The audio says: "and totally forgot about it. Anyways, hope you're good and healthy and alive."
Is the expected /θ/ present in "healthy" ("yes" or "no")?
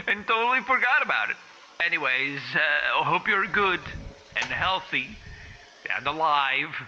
yes